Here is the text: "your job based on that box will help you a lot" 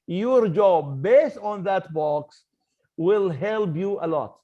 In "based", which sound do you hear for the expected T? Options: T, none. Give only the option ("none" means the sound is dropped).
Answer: T